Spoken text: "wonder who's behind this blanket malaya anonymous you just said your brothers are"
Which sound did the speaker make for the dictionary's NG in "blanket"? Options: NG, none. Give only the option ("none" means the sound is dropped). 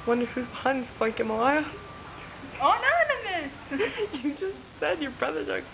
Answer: none